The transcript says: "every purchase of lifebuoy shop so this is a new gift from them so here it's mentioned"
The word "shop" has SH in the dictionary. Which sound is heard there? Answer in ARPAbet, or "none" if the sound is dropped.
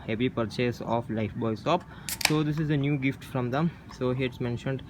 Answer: S